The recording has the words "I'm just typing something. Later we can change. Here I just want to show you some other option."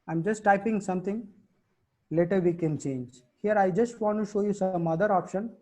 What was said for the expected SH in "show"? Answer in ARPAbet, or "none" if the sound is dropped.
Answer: SH